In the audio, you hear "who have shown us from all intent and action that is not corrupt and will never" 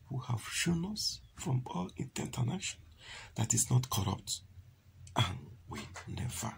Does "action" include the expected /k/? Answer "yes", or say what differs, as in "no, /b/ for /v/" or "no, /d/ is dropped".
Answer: no, /k/ is dropped